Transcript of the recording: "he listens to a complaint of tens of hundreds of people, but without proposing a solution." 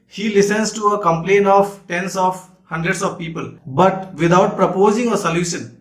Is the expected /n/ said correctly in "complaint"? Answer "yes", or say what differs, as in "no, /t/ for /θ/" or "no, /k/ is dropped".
yes